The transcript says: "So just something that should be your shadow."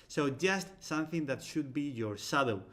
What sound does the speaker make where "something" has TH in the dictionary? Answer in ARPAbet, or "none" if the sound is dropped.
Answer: TH